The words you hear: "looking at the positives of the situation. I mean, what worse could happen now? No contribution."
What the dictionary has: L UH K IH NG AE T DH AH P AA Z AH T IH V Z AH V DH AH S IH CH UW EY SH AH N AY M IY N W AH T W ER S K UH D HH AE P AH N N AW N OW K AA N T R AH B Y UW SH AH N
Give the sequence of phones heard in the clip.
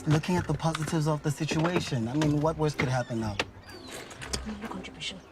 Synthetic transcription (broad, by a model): L UH K IH NG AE T DH AH P AA Z AH T IH V Z AH V DH AH S IH CH UW EY SH AH N AY M IY N W AH T W ER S K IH D HH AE P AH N N AW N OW K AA N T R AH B Y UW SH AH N